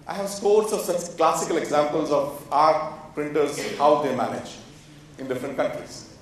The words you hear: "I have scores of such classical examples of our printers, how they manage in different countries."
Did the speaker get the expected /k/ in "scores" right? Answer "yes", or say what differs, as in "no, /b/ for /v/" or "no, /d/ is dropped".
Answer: no, /k/ is dropped